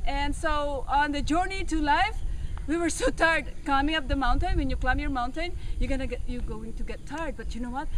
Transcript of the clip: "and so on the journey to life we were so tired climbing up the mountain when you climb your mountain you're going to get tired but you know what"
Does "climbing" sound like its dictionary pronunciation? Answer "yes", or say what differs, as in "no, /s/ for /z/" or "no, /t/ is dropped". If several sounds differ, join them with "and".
no, /l/ is dropped